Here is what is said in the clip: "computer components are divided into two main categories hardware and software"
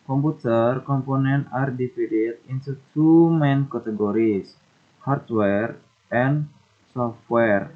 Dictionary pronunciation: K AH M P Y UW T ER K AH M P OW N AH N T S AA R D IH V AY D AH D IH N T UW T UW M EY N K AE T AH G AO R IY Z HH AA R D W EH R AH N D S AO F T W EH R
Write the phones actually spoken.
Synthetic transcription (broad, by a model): K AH M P UW T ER K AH M P OW N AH N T AA R D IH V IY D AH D IH N T UW T UW M EY N K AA T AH G AO R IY S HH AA R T W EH R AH N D S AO F T W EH R